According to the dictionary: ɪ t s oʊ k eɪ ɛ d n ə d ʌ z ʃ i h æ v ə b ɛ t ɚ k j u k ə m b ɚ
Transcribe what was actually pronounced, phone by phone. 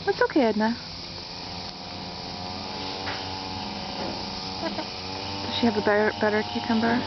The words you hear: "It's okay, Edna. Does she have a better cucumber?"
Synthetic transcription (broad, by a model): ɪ t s oʊ k eɪ ɛ d n ə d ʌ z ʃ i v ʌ b ə b ɛ t ɚ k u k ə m b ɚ